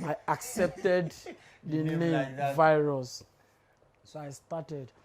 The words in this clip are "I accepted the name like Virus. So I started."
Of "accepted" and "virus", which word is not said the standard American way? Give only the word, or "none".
none